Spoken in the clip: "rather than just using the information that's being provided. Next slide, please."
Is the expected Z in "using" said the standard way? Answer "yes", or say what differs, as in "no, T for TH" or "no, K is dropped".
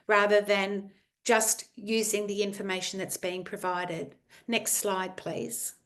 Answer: yes